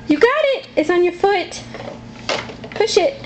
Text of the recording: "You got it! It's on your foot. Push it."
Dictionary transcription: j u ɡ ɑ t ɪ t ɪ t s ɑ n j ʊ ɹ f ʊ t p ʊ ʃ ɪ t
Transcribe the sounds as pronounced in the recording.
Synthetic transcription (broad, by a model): j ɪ ɡ ɑ t ɪ t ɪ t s n j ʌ ɹ f ʊ t p ʊ ʃ ɪ t